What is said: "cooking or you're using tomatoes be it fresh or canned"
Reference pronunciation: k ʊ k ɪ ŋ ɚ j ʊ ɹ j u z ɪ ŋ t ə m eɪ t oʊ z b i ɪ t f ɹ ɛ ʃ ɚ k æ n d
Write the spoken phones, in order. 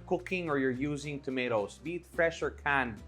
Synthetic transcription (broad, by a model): k ʊ k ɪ ŋ ɚ j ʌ ɹ j u z ɪ ŋ t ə m eɪ t oʊ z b i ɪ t f ɹ ɛ ʃ ɚ k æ n